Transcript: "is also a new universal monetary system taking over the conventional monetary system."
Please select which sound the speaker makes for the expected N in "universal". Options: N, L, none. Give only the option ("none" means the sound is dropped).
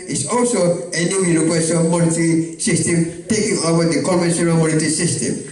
L